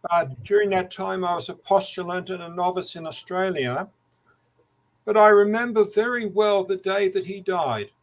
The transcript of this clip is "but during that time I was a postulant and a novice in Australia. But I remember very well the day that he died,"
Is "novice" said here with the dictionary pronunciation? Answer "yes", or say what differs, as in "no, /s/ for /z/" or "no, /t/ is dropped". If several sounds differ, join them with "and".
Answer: yes